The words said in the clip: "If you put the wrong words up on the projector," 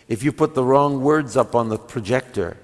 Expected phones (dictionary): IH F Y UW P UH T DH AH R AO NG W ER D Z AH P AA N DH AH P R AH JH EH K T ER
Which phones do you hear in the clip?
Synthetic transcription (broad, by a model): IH F Y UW P UH T DH AH R AO NG W ER D Z AH P N DH AH P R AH JH EH K T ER